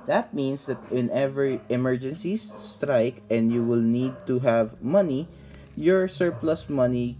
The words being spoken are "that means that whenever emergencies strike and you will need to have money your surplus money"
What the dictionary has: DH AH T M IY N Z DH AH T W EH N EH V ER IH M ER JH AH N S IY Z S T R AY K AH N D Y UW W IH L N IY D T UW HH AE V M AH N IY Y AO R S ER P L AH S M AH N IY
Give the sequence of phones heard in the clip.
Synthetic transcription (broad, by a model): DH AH T M IY N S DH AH T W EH N EH V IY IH M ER JH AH N S IY S T R AY K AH N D Y UW W IH L N IY D T UW HH AE V M AH N IY Y AO R S ER P L AH S M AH N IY